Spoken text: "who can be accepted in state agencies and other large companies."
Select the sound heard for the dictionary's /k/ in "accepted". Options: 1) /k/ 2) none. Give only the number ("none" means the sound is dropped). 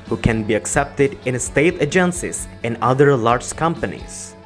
1